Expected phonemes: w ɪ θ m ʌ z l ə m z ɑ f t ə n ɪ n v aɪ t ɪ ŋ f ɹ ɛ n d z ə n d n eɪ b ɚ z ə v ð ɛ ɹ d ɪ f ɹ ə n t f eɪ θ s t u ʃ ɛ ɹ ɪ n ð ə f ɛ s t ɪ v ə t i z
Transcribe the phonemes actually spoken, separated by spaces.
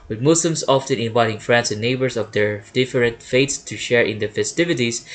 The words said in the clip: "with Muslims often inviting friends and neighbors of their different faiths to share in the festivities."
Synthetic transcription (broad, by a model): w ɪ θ m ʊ s l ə m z ɑ f t ə n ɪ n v aɪ t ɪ ŋ f ɹ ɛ n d s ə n n eɪ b ɚ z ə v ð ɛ ɹ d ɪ f ɹ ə n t f eɪ t s t u ʃ ɛ ɹ ɪ n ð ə f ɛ s t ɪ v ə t i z